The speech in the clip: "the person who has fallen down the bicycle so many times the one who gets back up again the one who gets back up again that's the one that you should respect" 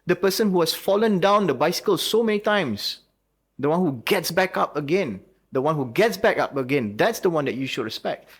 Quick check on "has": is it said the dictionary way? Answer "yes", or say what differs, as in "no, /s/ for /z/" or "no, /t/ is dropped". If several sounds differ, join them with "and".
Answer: no, /s/ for /z/